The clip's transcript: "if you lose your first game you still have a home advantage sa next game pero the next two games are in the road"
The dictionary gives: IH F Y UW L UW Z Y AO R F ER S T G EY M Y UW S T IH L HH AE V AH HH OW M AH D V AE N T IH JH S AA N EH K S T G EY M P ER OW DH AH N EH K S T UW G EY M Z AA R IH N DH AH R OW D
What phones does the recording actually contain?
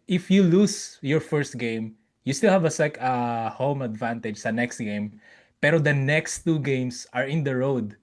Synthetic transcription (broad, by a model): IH F Y UW L UW S Y AO R F ER S T G EY M Y UW S T IH L HH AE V AH HH OW M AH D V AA N T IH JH S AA N EH K S T G EY M P ER OW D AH N EH K S T UW G EY M S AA R IH N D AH R OW D